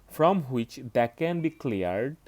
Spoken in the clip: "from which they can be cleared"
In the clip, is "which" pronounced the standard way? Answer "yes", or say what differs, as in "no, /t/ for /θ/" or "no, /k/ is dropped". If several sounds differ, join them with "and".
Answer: yes